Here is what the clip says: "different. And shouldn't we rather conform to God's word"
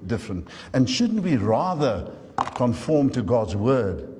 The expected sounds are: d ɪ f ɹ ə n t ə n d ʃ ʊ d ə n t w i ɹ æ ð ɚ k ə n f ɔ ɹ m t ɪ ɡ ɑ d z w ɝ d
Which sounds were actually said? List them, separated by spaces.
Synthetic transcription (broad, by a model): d ɪ f ɹ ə n t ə n ʃ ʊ d n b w i ɹ æ ð ɚ k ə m f ɔ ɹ m t ɪ ɡ ɑ d z w ɝ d